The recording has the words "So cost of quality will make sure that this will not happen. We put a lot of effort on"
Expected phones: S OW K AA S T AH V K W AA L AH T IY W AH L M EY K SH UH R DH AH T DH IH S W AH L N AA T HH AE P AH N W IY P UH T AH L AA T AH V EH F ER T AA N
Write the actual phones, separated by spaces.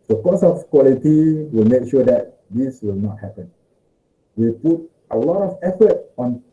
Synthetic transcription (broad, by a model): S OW K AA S AH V K W AA L AH T IY W AH L M EY K SH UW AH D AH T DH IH S W AH L N AA T HH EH P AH N W IY P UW T AH L AA T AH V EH F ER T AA N